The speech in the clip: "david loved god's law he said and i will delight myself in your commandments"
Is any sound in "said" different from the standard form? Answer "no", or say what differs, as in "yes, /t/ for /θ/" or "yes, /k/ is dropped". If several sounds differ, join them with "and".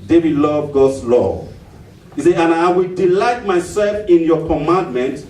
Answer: yes, /d/ is dropped